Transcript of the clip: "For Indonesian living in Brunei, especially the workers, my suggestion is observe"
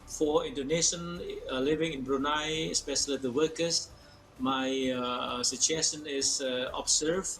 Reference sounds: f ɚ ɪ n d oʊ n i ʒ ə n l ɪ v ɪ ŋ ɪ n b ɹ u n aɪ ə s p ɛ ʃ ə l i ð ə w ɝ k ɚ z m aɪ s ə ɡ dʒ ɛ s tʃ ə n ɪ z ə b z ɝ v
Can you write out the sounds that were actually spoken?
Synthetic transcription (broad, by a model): f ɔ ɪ n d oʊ n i ʃ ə n l ɪ v ɪ ŋ ɪ n b ɹ u n aɪ s p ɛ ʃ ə l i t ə w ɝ k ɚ s m aɪ s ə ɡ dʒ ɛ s ə n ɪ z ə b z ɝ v